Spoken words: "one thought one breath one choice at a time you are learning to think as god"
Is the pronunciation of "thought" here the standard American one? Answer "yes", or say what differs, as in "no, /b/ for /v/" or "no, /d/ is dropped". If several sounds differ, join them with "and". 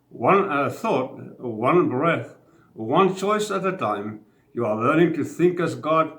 yes